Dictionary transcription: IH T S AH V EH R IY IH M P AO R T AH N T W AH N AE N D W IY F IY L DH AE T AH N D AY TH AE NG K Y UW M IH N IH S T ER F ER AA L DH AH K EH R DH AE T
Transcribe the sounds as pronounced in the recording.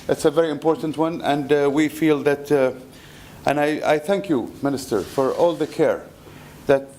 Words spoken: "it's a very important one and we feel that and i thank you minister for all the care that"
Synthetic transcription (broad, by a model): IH T S AH V EH R IY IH M P AO R T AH N T W AH N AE N D W IY F IY L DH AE T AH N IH AY TH AE NG K Y UW M IH N IH S T ER F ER AA L DH AH K EH R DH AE T